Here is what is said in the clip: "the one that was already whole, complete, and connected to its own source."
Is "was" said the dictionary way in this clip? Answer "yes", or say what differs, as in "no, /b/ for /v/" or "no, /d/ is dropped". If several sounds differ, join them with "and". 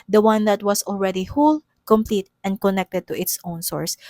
no, /s/ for /z/